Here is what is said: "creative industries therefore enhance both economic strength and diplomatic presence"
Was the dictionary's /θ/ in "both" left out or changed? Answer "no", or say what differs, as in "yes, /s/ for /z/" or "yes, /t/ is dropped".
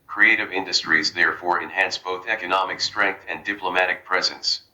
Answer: no